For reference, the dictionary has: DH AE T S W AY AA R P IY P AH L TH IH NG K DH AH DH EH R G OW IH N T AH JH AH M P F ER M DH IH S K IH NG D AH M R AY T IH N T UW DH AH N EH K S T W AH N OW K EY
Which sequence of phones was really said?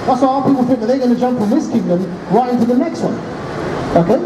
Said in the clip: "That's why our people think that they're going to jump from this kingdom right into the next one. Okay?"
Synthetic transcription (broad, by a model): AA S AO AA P IY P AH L F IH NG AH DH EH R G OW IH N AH JH AH M P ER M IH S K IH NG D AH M R AY T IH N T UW DH AH N EH K S T W AH N OW K EY